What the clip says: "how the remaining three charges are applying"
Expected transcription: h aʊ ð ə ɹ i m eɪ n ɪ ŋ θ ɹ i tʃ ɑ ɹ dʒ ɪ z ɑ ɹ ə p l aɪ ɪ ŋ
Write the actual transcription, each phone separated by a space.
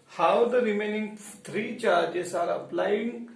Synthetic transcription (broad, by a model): h aʊ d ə ɹ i m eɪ n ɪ ŋ t ɹ i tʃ ɑ ɹ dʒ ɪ s ɑ ɹ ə p l aɪ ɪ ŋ